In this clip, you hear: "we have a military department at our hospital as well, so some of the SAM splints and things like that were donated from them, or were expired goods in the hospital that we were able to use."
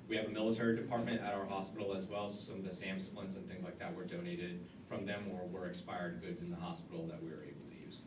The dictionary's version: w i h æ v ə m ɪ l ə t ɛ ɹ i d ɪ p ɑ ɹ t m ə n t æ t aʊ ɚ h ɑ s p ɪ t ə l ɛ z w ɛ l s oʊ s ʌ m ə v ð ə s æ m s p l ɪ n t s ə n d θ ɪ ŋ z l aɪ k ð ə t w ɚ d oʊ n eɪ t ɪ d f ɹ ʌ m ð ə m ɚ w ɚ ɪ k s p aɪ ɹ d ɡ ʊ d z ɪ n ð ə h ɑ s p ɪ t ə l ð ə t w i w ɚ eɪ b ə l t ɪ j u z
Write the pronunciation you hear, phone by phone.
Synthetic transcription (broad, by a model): w i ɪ v ə m ɪ l ə t ɛ ɹ i d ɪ p ɑ ɹ t m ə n t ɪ t aʊ ɚ h ɑ s p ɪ t l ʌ z w ɛ l s oʊ s ʌ m ə v ð ə s æ m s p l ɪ n s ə n θ ɪ ŋ z l aɪ k ð ə t w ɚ d oʊ n eɪ t ɪ d f ɹ ʌ m ð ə m ɚ w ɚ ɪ k s p aɪ ɹ d ɡ ʊ d z ɪ n ð ə h ɑ s p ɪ t l ð ə t w i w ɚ eɪ b l t ɪ j u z